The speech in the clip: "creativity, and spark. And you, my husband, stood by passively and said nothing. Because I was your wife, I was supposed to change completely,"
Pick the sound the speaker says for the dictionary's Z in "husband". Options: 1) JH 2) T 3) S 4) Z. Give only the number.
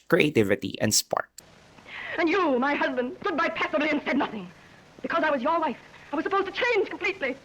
4